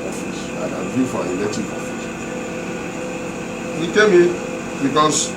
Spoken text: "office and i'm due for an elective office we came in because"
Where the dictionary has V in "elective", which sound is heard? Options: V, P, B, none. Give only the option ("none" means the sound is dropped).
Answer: P